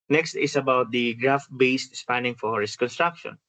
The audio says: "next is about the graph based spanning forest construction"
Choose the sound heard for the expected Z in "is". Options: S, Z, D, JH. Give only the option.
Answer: S